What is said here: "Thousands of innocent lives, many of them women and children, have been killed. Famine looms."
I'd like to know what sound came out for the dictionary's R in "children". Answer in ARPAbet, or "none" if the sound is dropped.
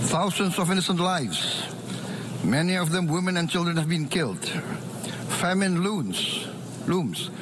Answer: R